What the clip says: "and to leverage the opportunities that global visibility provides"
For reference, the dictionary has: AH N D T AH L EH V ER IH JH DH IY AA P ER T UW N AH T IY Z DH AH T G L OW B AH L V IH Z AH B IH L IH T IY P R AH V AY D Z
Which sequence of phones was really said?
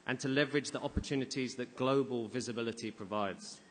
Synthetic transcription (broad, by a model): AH N T AH L EH V ER IH JH DH IY AA P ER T UW N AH T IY Z DH AH T G L OW B AH L V IH Z AH B IH L IH T IY P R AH V AY D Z